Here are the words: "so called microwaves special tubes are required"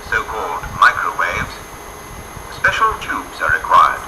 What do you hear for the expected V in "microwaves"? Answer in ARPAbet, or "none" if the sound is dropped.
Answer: V